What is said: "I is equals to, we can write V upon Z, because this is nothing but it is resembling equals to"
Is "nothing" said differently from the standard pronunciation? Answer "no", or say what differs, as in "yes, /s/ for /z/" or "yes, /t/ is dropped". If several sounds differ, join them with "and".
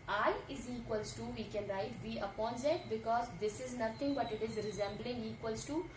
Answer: yes, /t/ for /θ/